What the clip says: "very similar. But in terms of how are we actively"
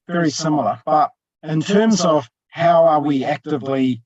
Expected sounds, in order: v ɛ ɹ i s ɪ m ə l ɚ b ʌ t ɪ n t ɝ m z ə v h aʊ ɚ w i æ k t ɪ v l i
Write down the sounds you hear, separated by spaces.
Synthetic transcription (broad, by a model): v ɛ ɹ i s ɪ m l ɚ b ʌ t ɪ n t ɝ m z ə v h aʊ ɚ w i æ k t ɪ v l i